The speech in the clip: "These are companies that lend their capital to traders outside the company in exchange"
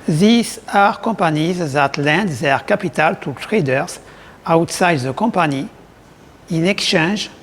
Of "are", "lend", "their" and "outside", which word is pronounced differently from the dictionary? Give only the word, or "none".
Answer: none